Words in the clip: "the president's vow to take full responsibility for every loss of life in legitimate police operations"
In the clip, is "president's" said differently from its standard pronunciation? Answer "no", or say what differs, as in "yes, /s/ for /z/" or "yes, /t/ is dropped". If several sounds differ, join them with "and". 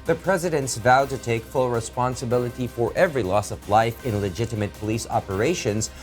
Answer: no